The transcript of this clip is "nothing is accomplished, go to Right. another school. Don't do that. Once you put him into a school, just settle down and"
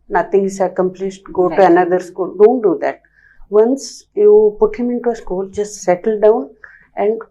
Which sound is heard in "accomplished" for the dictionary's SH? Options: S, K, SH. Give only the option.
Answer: S